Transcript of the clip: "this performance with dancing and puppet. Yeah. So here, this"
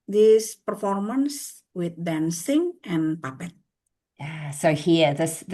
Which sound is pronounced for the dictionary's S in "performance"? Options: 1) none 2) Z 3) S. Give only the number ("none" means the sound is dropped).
3